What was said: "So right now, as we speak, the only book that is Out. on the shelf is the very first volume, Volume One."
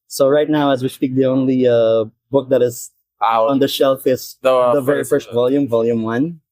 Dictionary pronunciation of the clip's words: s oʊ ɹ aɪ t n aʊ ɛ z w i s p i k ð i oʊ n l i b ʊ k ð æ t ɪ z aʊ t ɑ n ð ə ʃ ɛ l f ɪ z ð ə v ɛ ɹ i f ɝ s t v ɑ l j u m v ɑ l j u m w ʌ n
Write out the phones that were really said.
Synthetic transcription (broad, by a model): s oʊ ɹ aɪ t n aʊ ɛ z w i s p i k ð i oʊ n l i b ʊ k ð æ t ɪ z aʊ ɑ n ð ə ʃ ɛ l f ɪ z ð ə v ɛ ɹ i f ɝ s t v ɑ l j u m v ɑ l j u m w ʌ n